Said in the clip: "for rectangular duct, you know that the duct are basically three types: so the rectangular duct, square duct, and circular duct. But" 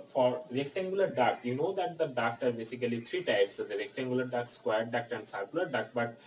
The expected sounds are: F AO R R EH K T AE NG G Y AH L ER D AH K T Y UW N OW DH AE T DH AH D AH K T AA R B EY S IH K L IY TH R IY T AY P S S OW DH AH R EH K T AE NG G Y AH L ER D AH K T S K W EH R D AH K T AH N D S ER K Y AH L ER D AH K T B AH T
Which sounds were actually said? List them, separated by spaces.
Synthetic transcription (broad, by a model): F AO R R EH K T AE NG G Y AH L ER D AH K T Y UW N OW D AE T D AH D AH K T AA R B EY S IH K L IY T R IY T AY P S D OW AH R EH K T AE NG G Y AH L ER D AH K S K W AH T D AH K T AH N D S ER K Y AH L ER D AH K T B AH T